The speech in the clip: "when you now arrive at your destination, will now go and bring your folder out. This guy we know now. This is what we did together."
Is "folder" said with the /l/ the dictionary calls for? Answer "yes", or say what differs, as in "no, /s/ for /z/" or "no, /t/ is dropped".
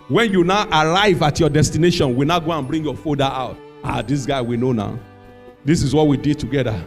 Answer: no, /l/ is dropped